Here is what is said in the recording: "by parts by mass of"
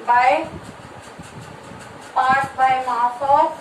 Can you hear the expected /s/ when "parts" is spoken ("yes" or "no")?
no